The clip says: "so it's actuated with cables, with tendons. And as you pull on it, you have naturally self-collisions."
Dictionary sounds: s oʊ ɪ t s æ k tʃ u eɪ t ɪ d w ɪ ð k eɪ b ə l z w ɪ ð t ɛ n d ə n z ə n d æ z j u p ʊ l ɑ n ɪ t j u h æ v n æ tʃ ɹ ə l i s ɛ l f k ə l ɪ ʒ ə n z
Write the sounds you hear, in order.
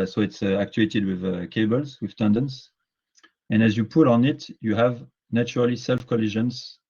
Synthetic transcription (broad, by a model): s oʊ ɪ t s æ k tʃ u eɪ t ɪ d w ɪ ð k eɪ b ə l z w ɪ ð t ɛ n d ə n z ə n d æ z j u p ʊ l ɑ n ɪ t j u h æ v n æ tʃ ɹ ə l i s ɛ l f k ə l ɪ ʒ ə n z